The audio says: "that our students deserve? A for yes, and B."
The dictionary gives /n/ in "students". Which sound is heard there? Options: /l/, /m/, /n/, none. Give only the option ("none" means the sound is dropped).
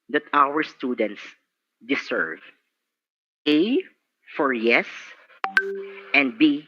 /n/